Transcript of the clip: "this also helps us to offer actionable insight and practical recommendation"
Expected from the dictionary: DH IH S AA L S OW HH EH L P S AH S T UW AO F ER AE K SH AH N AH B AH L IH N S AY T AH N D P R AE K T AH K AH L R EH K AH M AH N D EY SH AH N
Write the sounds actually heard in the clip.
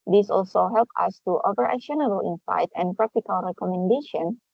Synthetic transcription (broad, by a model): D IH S AA L S OW HH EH L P AH S T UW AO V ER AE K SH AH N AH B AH L IH N S AY T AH N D P R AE K T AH K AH L R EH K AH M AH N D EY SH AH N